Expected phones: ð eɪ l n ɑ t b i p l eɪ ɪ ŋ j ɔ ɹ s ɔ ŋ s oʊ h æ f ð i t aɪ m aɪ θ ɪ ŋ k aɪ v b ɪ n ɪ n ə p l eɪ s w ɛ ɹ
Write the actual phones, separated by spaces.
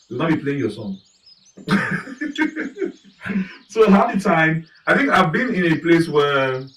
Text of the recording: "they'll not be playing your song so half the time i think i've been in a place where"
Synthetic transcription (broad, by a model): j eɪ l n ɑ t b i p l eɪ ɪ ŋ j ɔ s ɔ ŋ s oʊ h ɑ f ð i t aɪ m aɪ θ ɪ ŋ k aɪ v b ɪ n ɪ n ə p l eɪ s w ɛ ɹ